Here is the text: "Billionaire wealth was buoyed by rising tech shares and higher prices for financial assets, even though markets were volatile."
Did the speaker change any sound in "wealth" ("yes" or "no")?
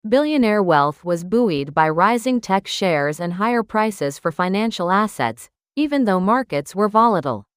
no